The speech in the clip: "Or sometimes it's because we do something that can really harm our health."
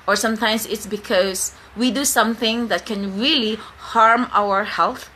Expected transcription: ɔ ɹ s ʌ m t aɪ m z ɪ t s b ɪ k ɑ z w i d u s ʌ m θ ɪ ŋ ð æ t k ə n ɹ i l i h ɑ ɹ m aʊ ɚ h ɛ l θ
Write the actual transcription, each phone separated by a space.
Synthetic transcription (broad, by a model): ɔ ɹ s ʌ m t aɪ m s ɪ t s b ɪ k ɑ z w i d u s ʌ m θ ɪ ŋ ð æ t k ə n ɹ i l i h ɑ ɹ m aʊ ɚ h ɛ l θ